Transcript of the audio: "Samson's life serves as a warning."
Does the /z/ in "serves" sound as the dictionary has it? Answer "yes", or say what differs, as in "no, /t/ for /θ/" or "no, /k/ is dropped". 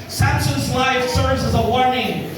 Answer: yes